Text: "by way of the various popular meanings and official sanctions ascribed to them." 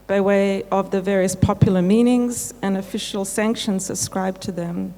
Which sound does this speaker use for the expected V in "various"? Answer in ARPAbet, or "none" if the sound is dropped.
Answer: V